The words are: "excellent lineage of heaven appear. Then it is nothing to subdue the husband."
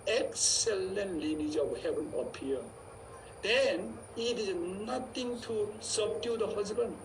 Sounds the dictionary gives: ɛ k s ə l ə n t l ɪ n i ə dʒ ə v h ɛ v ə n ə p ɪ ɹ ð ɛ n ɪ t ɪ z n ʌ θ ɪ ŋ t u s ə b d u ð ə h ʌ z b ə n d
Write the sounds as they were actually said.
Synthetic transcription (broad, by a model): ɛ k s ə l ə n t l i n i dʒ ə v h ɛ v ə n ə p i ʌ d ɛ n ɪ t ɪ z n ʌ t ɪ ŋ t u s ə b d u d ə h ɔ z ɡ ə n